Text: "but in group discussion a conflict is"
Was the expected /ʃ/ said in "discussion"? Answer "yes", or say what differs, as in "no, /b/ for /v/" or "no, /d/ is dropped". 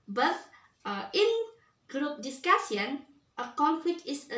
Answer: no, /s/ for /ʃ/